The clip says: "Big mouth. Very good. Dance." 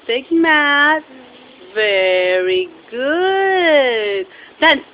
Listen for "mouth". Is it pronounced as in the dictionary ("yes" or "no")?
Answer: no